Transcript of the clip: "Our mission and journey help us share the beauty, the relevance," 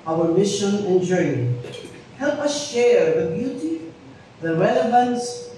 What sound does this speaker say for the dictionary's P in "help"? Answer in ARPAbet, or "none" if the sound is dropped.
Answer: P